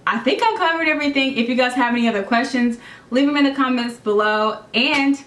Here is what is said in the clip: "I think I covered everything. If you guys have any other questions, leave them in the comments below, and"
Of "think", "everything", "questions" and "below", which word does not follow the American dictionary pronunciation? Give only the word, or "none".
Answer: none